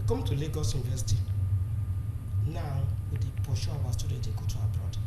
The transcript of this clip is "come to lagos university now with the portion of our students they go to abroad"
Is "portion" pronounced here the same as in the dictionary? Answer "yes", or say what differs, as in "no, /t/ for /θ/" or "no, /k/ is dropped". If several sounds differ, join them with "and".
no, /n/ is dropped